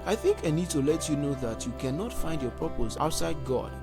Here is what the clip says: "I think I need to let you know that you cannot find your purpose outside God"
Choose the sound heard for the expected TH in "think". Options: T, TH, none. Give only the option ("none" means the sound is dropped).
TH